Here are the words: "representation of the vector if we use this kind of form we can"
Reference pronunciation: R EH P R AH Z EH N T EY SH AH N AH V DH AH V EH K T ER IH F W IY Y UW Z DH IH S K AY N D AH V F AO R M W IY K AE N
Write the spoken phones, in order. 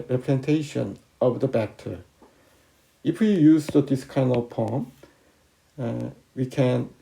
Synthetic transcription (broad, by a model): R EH P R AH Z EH N T EY SH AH N AH V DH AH B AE K T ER IH F W IY Y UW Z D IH S K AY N AH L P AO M W IY K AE N